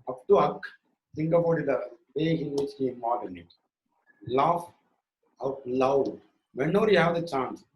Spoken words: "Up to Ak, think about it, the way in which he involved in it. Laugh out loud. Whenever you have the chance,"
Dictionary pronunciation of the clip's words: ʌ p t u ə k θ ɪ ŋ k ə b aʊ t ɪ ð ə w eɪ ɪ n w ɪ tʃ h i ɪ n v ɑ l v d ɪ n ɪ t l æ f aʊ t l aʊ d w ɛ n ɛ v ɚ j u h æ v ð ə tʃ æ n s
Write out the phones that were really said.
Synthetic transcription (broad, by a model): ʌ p t u ə k s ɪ ŋ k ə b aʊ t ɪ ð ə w eɪ ɪ n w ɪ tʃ h i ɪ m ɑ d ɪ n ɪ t l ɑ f aʊ t l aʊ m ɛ n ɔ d j u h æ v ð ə tʃ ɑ n s